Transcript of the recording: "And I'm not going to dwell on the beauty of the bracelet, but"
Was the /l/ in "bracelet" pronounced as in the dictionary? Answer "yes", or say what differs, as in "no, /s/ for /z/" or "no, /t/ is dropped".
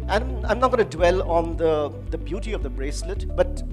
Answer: yes